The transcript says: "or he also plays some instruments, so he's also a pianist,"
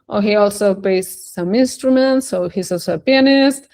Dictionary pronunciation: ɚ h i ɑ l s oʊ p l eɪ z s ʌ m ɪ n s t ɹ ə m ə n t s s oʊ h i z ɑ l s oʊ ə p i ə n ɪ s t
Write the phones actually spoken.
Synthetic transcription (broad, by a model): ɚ h i ɑ l s oʊ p eɪ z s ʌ m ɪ n s t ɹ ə m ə n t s s oʊ h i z ɑ l s oʊ ə p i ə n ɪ s t